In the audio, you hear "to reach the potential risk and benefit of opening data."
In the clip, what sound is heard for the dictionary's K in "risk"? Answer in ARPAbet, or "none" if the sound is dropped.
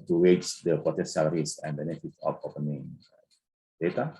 none